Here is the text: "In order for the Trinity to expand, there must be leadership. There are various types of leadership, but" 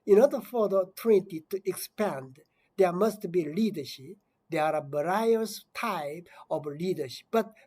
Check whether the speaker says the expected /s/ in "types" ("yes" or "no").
no